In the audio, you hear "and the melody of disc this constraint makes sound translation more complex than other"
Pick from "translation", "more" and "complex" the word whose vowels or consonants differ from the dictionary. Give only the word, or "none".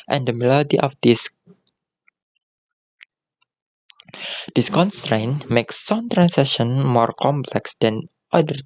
translation